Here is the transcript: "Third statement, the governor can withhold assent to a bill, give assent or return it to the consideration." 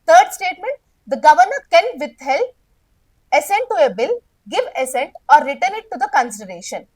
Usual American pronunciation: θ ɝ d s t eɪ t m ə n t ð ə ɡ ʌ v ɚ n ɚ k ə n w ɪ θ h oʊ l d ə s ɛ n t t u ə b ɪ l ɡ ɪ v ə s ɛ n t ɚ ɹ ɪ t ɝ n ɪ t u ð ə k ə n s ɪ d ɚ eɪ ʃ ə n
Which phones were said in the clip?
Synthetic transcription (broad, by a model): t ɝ d s t eɪ t m ə n t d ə ɡ ʌ v ɚ n ɚ k ə n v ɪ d h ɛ l ə s ɛ n t t u ə b ɪ l ɡ ɪ v ə s ɛ n t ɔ ɹ ɪ t ɝ n ɪ t u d ə k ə n s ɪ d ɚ eɪ ʃ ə n